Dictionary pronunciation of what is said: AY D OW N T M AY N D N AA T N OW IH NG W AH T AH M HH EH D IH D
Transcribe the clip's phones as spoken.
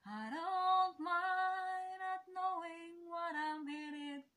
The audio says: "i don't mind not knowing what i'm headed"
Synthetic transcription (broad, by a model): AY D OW L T M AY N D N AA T N OW IH NG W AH T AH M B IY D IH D